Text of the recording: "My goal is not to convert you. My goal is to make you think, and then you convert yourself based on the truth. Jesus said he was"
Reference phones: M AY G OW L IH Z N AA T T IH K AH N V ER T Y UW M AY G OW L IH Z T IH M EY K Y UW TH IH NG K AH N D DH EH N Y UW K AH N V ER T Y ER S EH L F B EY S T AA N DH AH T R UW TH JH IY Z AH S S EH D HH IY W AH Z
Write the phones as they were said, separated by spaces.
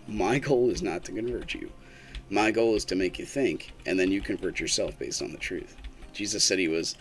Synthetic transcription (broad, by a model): M AY G OW L IH Z N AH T T IH K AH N V ER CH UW M AY G OW L IH Z T IH M EY K Y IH TH IH NG K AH N DH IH N Y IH K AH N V ER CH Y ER S EH L F B EY S T N DH AH T R UW TH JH IY Z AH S S EH D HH IY W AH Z